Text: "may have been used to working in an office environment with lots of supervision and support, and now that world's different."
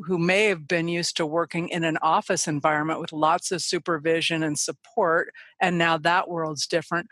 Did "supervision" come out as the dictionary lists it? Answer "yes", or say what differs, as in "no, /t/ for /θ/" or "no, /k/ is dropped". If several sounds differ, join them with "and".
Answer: yes